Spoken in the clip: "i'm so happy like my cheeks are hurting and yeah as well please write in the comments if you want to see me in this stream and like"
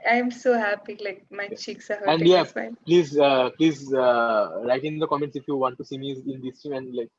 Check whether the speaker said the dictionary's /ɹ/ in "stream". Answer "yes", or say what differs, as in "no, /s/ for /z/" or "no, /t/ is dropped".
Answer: no, /ɹ/ is dropped